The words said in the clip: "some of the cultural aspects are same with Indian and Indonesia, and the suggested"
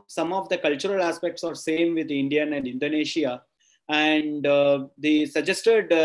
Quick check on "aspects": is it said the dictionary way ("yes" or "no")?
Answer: yes